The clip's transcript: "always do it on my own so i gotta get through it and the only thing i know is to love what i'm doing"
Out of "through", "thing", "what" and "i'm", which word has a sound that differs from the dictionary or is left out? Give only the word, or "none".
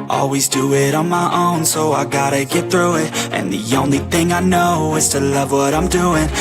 none